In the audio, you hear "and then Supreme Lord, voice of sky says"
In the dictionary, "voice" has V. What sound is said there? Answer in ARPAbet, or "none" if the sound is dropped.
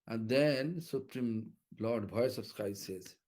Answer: B